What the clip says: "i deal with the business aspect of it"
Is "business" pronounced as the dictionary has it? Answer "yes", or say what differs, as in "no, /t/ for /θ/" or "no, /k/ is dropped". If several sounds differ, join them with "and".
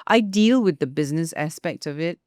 yes